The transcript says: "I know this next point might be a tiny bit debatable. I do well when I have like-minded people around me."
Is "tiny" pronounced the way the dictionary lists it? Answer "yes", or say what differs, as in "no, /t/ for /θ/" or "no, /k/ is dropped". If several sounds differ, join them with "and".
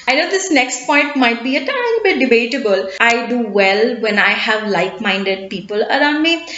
no, /l/ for /n/